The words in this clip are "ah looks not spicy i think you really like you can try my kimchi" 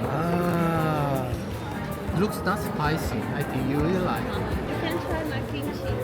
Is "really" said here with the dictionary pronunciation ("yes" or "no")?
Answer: no